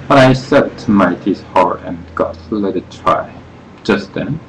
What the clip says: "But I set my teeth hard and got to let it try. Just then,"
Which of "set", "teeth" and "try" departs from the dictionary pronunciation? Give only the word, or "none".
teeth